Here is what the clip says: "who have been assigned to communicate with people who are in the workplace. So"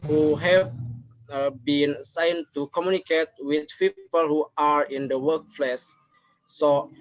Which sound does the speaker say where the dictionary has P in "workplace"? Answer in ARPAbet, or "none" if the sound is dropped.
F